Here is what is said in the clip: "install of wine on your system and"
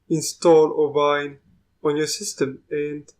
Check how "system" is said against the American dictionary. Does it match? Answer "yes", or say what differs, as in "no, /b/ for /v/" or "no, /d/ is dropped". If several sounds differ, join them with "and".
yes